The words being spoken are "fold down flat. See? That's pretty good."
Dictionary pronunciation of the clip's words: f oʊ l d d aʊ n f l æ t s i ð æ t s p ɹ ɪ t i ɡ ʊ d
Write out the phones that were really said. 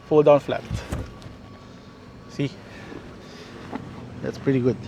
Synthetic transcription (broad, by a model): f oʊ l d d aʊ n f l æ t s i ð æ t s p ɹ ɪ t i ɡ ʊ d